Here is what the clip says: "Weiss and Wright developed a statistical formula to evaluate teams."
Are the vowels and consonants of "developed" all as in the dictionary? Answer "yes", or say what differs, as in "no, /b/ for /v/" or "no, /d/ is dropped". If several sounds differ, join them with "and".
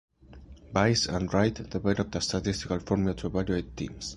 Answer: no, /b/ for /v/ and /n/ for /l/